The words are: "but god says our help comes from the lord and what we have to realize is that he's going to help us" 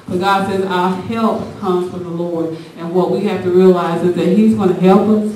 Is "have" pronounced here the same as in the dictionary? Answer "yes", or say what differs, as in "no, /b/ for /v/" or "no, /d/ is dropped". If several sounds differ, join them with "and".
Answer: no, /f/ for /v/